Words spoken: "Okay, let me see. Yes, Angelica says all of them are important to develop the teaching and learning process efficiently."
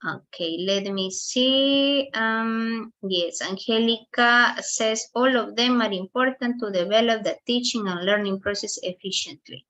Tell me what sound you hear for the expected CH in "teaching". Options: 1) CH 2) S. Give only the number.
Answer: 1